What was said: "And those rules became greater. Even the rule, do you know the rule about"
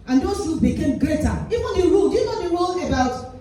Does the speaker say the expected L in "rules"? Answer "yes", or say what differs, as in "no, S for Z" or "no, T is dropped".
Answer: no, L is dropped